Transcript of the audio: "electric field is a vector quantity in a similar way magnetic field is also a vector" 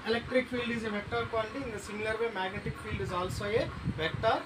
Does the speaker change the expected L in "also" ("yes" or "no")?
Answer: no